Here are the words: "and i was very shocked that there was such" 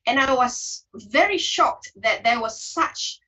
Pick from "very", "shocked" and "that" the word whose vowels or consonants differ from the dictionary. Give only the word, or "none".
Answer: none